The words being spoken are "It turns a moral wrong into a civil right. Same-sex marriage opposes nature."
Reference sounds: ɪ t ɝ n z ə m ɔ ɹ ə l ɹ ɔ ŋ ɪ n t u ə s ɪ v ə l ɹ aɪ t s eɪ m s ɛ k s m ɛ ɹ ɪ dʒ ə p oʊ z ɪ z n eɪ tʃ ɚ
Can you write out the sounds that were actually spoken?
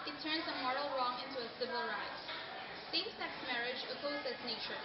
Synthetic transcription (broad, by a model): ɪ t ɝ n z ə m ɔ ɹ ə l ɹ ɔ ŋ ɪ n t u ə s ɪ v ə l ɹ aɪ t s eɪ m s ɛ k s m ɛ ɹ ɪ dʒ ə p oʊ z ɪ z n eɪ tʃ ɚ